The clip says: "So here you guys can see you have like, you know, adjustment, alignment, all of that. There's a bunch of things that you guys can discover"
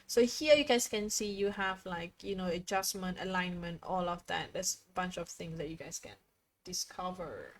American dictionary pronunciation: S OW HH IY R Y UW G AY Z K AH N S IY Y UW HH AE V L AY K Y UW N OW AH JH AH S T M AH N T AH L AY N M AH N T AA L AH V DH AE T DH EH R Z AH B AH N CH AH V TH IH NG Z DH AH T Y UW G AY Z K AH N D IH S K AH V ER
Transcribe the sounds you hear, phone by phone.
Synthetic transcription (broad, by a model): S OW HH IY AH Y UW G AY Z K AH N S IY Y UW HH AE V L AY K Y UW N OW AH JH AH S M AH N T AH L AY N M AH N T AA L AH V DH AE T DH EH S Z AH B AH N CH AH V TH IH NG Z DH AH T Y UW G AY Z K AH N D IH S K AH V ER